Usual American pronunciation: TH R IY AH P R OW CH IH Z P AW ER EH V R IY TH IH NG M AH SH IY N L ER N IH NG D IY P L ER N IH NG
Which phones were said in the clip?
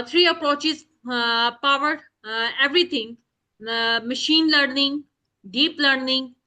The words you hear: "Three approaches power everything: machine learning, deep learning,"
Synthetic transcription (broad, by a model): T R IY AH P R OW CH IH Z P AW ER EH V R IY T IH NG M AH SH IY N L ER N IH NG D IY P L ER N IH NG